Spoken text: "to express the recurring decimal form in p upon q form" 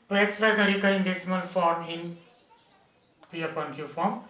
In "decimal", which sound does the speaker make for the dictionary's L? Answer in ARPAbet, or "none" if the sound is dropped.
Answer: N